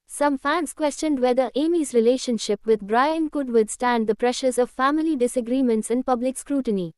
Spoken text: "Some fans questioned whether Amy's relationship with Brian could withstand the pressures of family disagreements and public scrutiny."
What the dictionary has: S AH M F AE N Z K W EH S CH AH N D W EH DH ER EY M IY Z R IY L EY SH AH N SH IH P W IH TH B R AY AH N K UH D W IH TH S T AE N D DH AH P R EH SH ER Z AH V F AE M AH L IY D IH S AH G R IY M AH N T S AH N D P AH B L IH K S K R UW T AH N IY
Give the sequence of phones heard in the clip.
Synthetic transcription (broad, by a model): S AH M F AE N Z K W EH S CH AH N D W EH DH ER EY M IY Z R IY L EY SH AH N SH IH P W IH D B R AY AH N K UH D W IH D S T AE N D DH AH P R EH SH ER Z AH V F AE M AH L IY D IH S AH G R IY M AH N T S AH N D P AH B L IH K S K R UW T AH N IY